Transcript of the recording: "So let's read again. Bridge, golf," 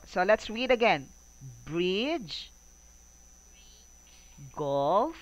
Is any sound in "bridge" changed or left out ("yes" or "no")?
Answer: no